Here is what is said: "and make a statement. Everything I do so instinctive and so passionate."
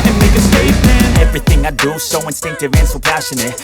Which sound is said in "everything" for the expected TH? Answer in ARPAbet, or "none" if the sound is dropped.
TH